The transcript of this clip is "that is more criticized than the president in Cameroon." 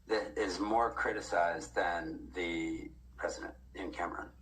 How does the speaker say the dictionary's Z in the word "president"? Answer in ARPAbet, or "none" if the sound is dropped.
Z